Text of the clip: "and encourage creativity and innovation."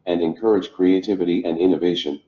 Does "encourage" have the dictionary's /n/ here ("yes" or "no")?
yes